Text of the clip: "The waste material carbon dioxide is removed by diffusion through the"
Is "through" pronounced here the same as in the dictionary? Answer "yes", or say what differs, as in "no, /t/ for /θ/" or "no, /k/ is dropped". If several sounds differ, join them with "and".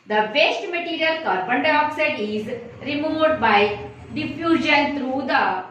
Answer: no, /t/ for /θ/